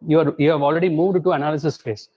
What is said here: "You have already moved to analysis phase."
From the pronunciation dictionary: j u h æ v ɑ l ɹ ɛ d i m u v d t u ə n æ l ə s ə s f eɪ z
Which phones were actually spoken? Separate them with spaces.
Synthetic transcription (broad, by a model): j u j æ v ɑ l ɹ ɛ d i m u v d t u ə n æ l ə s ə s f eɪ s